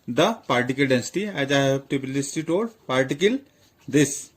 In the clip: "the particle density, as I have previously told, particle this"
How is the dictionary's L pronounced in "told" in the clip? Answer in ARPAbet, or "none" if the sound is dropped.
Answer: none